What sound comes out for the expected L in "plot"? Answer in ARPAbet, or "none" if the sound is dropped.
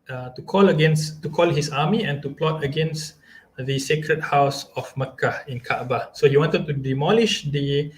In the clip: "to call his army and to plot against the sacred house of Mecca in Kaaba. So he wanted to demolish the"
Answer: L